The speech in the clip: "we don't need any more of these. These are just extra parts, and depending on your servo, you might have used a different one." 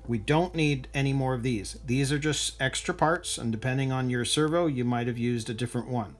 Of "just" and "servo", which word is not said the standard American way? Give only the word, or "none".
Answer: none